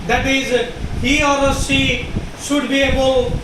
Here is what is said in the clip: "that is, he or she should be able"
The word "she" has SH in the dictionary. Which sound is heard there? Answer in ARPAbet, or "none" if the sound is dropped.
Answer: S